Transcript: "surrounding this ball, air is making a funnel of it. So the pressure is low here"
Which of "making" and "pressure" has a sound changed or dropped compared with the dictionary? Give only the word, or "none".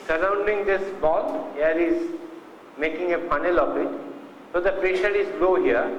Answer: pressure